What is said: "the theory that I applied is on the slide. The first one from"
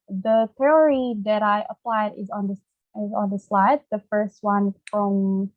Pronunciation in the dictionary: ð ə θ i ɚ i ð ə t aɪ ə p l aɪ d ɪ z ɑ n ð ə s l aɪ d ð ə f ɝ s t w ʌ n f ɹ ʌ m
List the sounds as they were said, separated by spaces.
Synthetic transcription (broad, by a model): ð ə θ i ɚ i ð ə t aɪ ə p l aɪ d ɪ z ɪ n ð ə s l aɪ d ð ə f ɝ s t w ʌ n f ɹ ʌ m